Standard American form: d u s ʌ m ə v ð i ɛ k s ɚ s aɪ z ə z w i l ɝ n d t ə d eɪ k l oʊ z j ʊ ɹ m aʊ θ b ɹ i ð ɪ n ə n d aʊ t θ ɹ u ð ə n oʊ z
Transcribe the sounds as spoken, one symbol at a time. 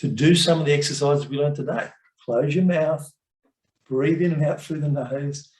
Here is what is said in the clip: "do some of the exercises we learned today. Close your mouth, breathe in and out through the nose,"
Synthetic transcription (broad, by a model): d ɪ s ʌ m ə v ð i ɛ k s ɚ s aɪ z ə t w i l ɝ n t ə d eɪ k l oʊ z j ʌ ɹ m aʊ θ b ɹ i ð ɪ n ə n aʊ t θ ɹ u ð ə n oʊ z